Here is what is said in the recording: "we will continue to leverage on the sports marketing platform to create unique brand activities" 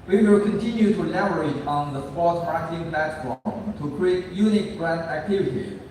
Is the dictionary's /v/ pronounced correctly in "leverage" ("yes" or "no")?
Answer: no